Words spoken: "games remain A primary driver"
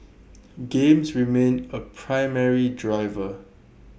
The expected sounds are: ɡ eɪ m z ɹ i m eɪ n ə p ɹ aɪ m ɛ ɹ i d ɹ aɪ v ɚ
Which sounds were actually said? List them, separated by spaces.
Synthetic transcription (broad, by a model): ɡ eɪ m s ɹ i m eɪ n ə p ɹ aɪ m ɛ ɹ i d ɹ aɪ v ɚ